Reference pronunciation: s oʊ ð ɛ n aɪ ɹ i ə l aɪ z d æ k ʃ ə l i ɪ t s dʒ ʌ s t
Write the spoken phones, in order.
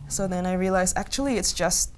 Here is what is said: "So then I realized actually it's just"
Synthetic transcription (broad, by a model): s oʊ ð ɛ n aɪ ɹ i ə l aɪ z æ k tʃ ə l i ɪ t s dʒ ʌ s t